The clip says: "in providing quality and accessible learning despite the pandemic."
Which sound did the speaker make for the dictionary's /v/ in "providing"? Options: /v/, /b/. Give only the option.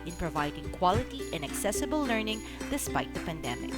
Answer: /v/